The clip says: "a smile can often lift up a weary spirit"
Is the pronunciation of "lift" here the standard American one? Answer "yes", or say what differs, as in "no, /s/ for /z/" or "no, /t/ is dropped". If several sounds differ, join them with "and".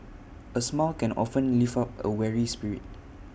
no, /t/ is dropped